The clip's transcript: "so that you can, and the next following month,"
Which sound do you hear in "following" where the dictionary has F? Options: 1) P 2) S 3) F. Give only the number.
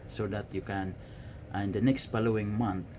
1